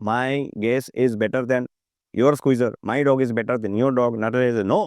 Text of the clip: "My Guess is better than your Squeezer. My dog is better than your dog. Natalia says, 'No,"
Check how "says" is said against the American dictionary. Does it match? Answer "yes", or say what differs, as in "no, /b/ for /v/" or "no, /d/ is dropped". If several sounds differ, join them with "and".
no, /z/ is dropped